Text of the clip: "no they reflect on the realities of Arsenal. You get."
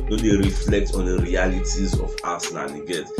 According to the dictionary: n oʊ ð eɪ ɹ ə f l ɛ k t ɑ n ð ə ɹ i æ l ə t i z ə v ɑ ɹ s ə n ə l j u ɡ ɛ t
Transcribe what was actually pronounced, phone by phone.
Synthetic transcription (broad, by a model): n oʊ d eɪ ɹ ə f l ɛ k t ɑ n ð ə ɹ i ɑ l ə t i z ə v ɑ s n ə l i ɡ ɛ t